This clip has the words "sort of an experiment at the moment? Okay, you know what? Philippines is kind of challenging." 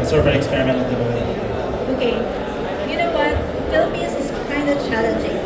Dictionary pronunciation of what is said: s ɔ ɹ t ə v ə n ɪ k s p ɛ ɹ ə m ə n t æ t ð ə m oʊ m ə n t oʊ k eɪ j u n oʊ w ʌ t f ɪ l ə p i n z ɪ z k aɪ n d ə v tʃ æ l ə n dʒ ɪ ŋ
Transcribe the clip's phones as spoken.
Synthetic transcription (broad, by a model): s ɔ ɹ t ə v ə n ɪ k s p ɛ ɹ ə m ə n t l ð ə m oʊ ə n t oʊ k eɪ j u n oʊ w ʌ t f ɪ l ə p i z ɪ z k aɪ n d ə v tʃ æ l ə n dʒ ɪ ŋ